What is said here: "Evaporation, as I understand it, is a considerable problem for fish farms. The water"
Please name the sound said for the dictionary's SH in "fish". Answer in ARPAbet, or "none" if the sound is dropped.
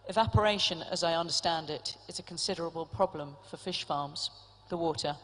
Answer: SH